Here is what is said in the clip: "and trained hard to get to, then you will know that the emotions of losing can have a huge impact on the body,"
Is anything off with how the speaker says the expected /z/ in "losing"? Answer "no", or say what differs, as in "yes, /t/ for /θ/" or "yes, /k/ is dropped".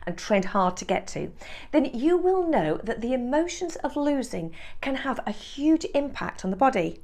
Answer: no